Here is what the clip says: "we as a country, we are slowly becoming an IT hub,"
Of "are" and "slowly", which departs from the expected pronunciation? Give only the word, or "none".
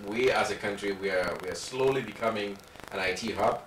are